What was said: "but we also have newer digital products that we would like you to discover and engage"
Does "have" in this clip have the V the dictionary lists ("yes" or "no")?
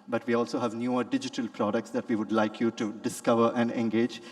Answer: yes